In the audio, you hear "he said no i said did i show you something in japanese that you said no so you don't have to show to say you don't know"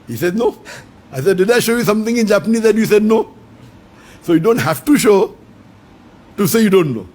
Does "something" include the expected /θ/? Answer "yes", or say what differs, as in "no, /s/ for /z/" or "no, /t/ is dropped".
no, /t/ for /θ/